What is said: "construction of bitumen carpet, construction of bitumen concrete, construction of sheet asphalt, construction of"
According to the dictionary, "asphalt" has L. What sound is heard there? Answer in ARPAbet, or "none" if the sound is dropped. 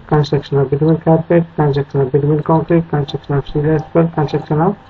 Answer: none